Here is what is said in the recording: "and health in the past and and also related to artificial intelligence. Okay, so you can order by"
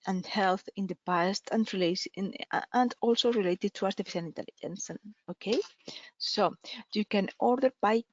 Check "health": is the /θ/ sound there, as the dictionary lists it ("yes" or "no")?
yes